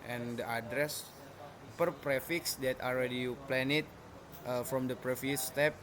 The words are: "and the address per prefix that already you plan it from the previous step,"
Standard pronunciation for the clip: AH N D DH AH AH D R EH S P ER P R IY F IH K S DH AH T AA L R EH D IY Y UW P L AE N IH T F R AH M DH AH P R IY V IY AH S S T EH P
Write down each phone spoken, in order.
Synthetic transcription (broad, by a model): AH N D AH AH D R EH S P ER P R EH F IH K S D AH T AA L R EH D IY Y UW P L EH N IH T F R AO M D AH P R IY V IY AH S S T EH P